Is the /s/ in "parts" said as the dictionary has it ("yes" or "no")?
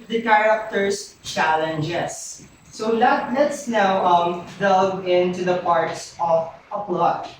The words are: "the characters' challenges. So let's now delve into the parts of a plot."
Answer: yes